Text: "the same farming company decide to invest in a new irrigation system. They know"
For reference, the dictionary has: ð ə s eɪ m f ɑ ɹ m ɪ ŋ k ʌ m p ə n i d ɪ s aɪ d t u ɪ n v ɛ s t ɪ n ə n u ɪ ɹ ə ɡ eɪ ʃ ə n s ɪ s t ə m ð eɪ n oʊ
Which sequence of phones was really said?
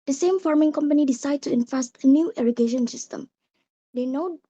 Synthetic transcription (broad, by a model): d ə s eɪ m f ɑ ɹ m ɪ ŋ k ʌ m p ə n i d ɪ s aɪ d t u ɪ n f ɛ s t ɪ n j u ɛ ɹ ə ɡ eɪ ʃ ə n s ɪ s t ə m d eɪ n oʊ